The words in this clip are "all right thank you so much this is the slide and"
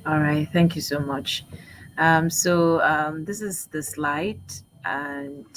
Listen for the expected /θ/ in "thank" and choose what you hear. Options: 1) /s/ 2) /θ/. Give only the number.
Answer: 2